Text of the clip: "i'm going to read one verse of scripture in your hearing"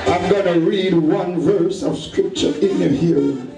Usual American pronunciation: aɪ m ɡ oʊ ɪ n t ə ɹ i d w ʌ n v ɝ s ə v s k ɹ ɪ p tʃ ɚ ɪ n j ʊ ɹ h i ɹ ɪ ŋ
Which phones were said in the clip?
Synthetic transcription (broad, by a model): aɪ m ɡ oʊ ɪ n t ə ɹ i d w ʌ n v ɝ s ə v s k ɹ ɪ p tʃ ɚ ɪ n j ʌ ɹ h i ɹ